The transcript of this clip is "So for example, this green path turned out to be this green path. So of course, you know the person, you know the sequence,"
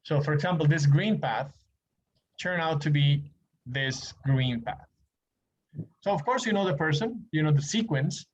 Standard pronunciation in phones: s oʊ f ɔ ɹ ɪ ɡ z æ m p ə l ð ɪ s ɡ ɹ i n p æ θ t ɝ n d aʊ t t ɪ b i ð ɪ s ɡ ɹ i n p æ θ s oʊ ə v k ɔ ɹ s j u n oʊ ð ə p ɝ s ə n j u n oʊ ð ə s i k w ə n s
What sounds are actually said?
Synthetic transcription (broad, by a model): s oʊ f ɔ ɹ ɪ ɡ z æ m p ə l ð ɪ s ɡ ɹ i n p æ θ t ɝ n aʊ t t ɪ b i ð ɪ s ɡ ɹ i n p æ θ s oʊ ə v k ɔ ɹ s j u n oʊ ð ə p ɝ s ə n j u n oʊ ð ə s i k w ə n s